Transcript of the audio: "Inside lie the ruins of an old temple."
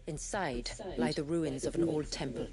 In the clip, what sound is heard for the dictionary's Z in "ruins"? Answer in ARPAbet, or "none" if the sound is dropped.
Z